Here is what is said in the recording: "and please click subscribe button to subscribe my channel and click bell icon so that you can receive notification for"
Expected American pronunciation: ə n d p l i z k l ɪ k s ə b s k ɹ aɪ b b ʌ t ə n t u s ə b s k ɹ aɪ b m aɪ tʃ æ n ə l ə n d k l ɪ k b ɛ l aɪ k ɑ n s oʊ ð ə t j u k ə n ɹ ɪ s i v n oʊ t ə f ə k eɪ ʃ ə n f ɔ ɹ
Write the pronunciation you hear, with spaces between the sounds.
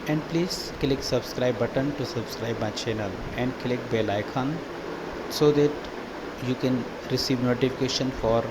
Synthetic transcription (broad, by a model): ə n d p l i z k l ɪ k s ə b s k ɹ aɪ b b ʌ t ə n t u s ə b s k ɹ aɪ b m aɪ tʃ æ n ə l ə n d k l ɪ k b ɛ l aɪ k ɑ n s oʊ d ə t j u k ə n ɹ ɪ s i v n oʊ t ə f ə k eɪ ʃ ə n f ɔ ɹ